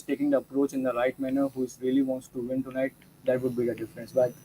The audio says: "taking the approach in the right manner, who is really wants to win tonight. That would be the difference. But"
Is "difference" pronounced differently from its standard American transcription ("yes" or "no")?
no